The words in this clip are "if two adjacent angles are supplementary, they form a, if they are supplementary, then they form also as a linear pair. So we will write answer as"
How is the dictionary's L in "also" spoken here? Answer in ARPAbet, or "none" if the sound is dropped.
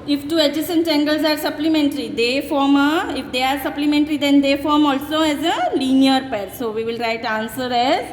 L